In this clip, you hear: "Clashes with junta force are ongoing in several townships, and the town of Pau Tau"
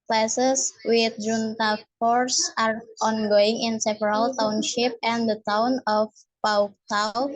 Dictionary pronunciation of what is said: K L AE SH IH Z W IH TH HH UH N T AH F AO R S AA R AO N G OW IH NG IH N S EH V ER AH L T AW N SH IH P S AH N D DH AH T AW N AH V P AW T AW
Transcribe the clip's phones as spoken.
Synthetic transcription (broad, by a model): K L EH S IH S W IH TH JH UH N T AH F AO R S AA R AO N G OW IH NG IH N S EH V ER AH L T AW N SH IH P AH N D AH T AW N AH F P AW T AW